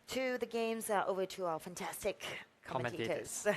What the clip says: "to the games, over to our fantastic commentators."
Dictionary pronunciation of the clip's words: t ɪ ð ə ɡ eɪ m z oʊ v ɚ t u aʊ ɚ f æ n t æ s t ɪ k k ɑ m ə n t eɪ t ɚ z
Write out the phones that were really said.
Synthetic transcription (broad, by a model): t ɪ ð ə ɡ eɪ m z oʊ v ɚ t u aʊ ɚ f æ n t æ s t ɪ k k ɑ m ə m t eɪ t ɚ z